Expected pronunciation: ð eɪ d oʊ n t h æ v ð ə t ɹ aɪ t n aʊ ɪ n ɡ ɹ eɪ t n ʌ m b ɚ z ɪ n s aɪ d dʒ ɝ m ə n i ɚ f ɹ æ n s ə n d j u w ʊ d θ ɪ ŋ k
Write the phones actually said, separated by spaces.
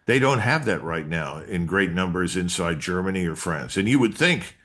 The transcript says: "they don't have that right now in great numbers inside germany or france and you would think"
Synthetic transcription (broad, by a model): ð eɪ d oʊ n t h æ v ð ə t ɹ aɪ t n aʊ ɪ n ɡ ɹ eɪ t n ʌ m b ɚ z ɪ n s aɪ d dʒ ɝ m ə n i ɚ f ɹ æ n s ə n j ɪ w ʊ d θ ɪ ŋ k